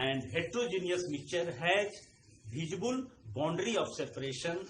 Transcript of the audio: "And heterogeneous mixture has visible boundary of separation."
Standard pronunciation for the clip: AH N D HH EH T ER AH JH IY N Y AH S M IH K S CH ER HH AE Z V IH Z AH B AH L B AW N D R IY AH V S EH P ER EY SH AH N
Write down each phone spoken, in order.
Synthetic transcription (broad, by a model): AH N D HH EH T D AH JH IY N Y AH S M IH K CH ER HH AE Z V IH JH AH B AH L B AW N D R IY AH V S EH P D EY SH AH N